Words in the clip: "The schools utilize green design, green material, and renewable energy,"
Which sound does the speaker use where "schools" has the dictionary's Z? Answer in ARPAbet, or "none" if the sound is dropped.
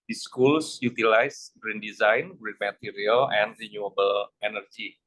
S